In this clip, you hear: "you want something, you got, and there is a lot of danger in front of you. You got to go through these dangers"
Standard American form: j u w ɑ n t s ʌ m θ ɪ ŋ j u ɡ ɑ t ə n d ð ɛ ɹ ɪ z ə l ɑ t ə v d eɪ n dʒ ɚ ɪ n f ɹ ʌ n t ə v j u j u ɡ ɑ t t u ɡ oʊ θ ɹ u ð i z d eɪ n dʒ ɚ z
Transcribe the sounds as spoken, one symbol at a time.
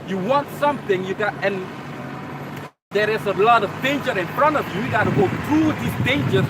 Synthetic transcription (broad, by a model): j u w ɑ n t s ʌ m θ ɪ ŋ j u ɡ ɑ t ə n d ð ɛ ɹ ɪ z ə l ɑ t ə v d eɪ n dʒ ɚ ɪ n f ɹ ʌ n t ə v j u j u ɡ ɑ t t u ɡ oʊ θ ɹ u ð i s d eɪ n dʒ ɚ